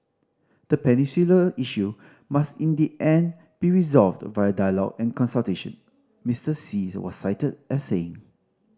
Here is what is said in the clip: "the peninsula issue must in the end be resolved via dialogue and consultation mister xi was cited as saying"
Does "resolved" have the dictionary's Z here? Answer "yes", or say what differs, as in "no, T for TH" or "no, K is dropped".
yes